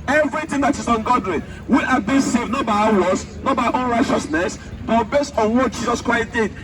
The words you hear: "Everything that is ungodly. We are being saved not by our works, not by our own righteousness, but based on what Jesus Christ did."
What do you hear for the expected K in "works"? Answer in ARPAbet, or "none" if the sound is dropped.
none